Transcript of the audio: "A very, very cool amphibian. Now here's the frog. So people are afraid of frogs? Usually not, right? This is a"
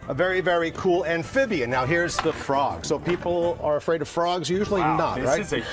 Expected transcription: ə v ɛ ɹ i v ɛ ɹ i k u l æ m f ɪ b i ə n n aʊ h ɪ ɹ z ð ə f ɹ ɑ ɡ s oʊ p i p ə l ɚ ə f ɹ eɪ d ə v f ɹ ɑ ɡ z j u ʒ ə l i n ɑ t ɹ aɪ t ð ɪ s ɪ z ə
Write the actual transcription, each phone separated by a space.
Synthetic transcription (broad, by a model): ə v ɛ ɹ i v ɛ ɹ i k u l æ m f ɪ b i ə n n aʊ h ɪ ɹ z ð ə f ɹ ɑ ɡ s oʊ p i p l ɚ ə f ɹ eɪ d ə v f ɹ ɑ ɡ z j u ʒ l i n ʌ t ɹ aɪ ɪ ɪ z